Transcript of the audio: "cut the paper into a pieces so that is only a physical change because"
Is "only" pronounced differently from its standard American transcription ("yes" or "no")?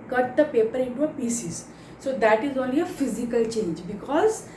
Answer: yes